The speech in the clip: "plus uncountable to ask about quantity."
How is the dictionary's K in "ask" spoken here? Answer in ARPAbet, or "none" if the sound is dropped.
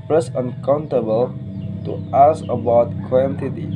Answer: none